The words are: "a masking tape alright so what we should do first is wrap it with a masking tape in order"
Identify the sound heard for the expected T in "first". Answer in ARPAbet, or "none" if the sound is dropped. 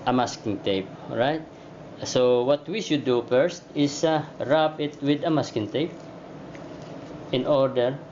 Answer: T